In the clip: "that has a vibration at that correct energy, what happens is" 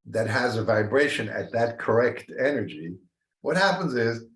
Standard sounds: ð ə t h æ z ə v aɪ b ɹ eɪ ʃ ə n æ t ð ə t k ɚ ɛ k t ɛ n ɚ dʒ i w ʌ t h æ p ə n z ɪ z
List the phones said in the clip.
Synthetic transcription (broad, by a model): ð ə t h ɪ z ə v aɪ b ɹ eɪ ʃ ə n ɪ t ð ə t k ɚ ɛ k t ɛ n ɚ dʒ i w ʌ t h æ p ə n z ɪ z